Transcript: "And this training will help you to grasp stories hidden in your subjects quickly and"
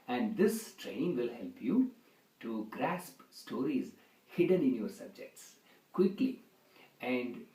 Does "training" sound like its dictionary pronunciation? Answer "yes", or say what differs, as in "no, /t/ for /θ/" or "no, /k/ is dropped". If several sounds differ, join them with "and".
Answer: no, /n/ is dropped